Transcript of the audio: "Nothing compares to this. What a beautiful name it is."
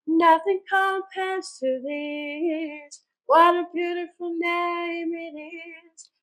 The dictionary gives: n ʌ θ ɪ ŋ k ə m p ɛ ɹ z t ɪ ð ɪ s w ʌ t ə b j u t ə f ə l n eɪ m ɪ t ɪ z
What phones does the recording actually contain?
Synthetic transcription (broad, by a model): n ʌ θ ɪ ŋ k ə p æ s t ɪ ð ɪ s w ʌ t ə b j u t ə f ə l n eɪ m ɪ t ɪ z